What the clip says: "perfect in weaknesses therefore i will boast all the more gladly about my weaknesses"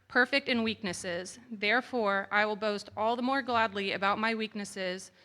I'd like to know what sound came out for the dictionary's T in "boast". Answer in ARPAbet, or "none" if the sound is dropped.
T